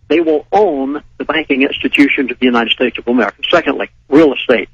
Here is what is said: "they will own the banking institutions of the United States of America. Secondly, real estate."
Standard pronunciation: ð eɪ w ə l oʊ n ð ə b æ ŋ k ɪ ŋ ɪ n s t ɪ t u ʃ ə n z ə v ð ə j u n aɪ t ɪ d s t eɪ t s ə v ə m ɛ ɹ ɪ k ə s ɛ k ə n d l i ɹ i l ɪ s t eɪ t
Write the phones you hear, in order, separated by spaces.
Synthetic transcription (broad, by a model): ð eɪ w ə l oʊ n ð ə b æ ŋ k ɪ ŋ ɪ n s t ɪ t u ʃ ə n z ə v ð ə j u n aɪ t ɪ d s t eɪ t s ə v ə m ɛ ɹ ɪ k ə s ɛ k ə n d l i ɹ i l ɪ s t eɪ t